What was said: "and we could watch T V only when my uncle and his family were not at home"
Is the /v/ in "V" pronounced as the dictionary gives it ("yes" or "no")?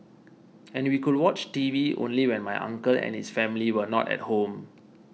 yes